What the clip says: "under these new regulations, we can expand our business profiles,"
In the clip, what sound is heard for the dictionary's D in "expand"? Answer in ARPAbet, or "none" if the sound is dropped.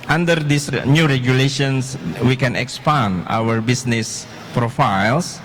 none